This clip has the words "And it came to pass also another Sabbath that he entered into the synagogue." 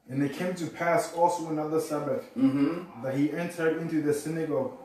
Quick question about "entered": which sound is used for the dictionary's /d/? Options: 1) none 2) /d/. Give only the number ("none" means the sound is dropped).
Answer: 2